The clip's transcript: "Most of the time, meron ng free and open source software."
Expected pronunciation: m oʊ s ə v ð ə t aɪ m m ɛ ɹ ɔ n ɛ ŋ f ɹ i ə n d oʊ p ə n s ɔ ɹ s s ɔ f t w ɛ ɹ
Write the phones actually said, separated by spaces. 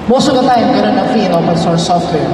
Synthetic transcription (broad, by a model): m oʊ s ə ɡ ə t aɪ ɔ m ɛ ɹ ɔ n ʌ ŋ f i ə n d oʊ p ə n s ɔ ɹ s s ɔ f t w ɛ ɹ